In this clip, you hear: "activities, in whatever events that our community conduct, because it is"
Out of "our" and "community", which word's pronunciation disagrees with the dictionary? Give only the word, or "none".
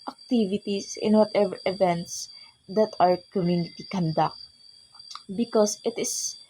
none